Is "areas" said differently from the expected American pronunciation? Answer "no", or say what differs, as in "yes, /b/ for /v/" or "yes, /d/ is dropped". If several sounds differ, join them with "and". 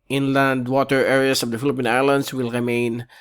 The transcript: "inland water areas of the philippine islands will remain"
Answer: yes, /s/ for /z/